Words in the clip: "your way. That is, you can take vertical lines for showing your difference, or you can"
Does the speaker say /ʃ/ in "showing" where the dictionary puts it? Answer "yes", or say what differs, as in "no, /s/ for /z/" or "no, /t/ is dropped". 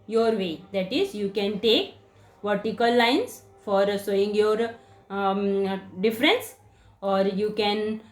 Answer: no, /s/ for /ʃ/